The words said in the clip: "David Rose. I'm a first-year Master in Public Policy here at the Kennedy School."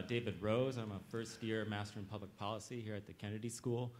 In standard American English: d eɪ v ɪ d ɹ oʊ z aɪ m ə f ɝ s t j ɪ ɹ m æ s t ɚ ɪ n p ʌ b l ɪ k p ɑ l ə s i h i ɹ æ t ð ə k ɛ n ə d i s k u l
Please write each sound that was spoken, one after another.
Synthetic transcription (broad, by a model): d eɪ v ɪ d ɹ oʊ z aɪ m ə f ɝ s t j ɪ ɹ m æ s t ɚ ɪ n p ʌ b l ɪ k p ɑ l ə s i h i ɹ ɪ t ð ə k ɛ n ə d i s k u l